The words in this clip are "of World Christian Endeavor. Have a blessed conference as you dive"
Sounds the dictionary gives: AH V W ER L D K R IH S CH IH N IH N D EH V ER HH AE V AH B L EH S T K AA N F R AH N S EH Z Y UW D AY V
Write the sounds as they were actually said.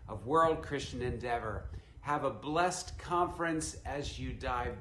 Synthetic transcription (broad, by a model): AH V W ER L D K R IH S CH IH N IH N D EH V ER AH V AH B L EH S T K AA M F R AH N S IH Z Y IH D AY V